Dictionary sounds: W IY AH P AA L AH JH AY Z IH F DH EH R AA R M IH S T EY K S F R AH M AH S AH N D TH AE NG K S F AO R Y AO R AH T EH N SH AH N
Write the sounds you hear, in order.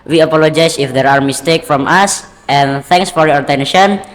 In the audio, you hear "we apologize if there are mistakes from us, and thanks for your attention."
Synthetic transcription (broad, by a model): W IY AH P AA L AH JH AY S IH F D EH R AA R M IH S T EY K F R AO M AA S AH N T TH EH NG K S F AO R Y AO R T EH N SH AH N